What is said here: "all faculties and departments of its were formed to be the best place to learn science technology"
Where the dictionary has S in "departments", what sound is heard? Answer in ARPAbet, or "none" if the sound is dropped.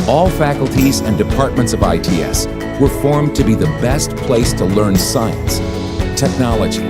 S